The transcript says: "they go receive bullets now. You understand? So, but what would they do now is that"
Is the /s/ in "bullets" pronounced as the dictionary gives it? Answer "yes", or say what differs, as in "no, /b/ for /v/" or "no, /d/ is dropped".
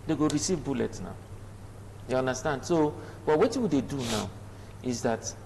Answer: no, /s/ is dropped